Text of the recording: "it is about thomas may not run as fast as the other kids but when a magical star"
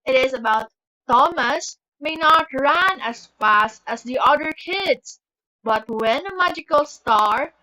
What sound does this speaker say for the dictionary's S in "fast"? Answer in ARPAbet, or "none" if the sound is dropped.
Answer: S